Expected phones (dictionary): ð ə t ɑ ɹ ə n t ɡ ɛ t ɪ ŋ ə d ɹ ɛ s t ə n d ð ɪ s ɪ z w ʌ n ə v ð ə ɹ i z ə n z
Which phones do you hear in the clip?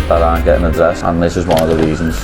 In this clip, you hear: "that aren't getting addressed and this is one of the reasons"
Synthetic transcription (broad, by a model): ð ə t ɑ ə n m ɡ ɛ t ɪ ŋ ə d ɹ ɛ s ə n ð ɪ s ɪ z w ʌ n ə v ð ə ɹ i z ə n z